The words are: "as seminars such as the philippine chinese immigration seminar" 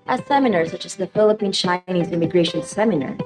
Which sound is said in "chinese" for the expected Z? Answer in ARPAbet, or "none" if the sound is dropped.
Z